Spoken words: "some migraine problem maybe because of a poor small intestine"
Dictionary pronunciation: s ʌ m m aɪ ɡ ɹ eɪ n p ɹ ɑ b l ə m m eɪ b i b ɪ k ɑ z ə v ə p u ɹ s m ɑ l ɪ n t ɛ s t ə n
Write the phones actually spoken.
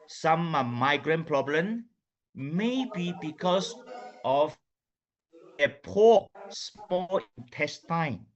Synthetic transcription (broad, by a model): s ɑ m m aɪ ɡ ɹ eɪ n p ɹ ɑ b l ə m m eɪ b i b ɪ k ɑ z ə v ə p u s m ɑ l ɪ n t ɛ s t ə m